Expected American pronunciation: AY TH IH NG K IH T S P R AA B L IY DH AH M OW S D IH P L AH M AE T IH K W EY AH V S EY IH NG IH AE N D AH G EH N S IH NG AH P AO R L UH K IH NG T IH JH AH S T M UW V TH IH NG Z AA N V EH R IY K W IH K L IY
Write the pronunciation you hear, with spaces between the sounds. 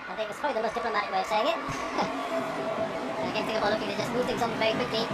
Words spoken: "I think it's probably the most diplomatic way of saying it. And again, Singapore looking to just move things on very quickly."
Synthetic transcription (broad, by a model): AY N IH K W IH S P R AA B L IY DH AH M OW S D IH P L AH M AE T IH K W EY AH S EY IH NG IH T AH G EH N TH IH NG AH B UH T L UH K IH NG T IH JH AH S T M UW V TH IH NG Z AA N V EH R IY K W IH K L IY